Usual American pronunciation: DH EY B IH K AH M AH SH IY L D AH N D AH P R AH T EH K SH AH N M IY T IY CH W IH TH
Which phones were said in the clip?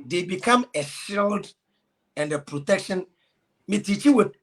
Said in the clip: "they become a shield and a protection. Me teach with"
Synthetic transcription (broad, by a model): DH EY B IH K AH M AH SH IY L D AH N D AH P R AH T EH K SH AH N M IY T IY CH W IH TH